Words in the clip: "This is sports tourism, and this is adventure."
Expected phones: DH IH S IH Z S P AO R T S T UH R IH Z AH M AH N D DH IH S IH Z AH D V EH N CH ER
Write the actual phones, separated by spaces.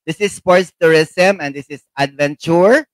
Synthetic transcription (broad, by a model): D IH S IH S P AO R T S T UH R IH S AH M AH N D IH S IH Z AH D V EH N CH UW